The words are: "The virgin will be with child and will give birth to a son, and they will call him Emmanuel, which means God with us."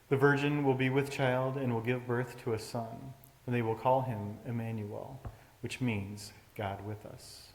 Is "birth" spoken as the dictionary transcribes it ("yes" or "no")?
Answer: yes